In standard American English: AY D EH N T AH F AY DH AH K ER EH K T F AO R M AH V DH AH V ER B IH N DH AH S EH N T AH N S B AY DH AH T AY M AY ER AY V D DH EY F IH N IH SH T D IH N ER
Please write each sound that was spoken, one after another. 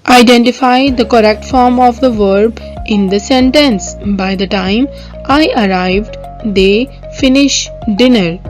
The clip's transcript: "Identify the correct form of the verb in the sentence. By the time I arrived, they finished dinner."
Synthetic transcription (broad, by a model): AY D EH N T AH F AY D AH K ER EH K T F AO R M AH V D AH V ER B IH N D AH S EH N T AH N S B AY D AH T AY M AY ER AY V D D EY F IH N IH SH D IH N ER